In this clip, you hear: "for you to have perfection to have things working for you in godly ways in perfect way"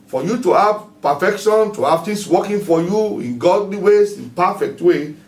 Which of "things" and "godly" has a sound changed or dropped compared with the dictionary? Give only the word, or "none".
things